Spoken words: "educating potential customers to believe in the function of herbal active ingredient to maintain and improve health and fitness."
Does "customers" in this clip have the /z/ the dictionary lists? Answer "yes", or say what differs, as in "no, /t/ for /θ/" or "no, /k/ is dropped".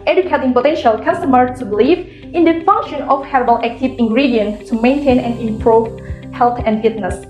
no, /z/ is dropped